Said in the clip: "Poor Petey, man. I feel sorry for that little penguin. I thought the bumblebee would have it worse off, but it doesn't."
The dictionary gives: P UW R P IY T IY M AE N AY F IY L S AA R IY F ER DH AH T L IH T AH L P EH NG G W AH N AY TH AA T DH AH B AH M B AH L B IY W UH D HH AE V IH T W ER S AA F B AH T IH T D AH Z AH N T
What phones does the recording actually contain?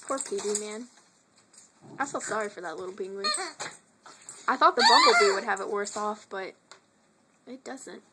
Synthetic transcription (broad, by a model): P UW R P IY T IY M AE N AY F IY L S AA R IY F ER DH AH T L IH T L B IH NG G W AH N AY TH AA T DH AH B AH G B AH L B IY W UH D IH V IH T W ER S AA F B AH T IH T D AH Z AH N T